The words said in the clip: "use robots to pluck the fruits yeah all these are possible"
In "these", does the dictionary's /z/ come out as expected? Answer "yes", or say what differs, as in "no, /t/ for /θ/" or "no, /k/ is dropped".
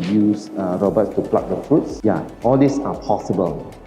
no, /s/ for /z/